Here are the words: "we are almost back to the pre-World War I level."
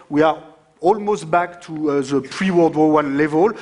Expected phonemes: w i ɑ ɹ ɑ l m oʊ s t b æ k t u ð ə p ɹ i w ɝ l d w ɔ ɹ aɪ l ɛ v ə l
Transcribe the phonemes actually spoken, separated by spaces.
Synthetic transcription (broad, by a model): w i ɑ ɹ ɑ l m oʊ s t b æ k t u ð ə p ɹ i w ɝ l d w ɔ w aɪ l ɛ v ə l